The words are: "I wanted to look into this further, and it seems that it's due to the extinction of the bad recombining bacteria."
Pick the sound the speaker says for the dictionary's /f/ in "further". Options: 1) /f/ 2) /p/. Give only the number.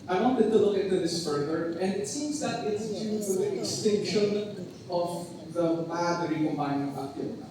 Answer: 1